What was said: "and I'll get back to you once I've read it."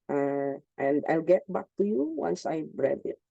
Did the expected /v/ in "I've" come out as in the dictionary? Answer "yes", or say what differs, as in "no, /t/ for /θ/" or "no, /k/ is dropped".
no, /b/ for /v/